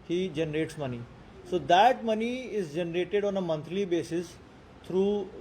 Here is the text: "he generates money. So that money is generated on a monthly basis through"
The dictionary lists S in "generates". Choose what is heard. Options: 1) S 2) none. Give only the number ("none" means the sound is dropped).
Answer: 1